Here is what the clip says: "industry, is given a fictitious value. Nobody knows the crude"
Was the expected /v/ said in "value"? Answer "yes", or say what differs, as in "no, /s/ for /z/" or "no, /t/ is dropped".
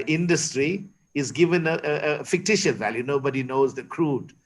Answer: yes